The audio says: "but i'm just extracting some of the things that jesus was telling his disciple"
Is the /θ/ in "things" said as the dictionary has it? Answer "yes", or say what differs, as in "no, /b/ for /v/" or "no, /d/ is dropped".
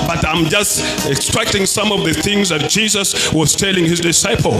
yes